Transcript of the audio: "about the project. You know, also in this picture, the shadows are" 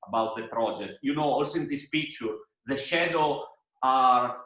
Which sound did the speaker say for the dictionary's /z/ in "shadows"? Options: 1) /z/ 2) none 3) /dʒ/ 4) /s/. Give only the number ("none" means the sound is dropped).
2